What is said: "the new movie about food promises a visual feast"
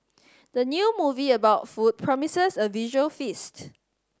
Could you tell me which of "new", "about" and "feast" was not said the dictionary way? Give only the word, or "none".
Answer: none